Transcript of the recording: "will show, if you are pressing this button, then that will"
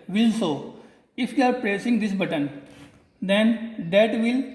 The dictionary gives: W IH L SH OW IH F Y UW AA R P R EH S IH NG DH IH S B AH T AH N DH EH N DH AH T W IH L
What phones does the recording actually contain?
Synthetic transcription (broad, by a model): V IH L S OW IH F Y UW AA R P R EH S IH NG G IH S B AH T AH N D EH N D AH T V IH L